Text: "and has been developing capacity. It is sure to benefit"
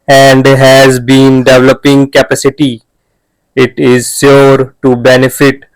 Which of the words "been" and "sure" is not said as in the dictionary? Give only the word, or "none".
sure